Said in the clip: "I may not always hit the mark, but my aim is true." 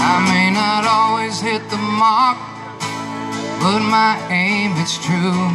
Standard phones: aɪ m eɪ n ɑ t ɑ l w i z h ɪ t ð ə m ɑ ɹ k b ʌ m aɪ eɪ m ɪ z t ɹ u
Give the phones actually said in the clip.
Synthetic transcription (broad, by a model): aɪ m eɪ n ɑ t ɑ l w i z h ɪ t ð ə m ɑ ɹ k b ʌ m aɪ eɪ m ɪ s t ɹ u